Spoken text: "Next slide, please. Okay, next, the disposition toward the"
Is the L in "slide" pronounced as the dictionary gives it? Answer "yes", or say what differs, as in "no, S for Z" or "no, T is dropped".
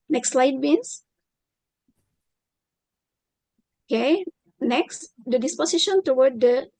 yes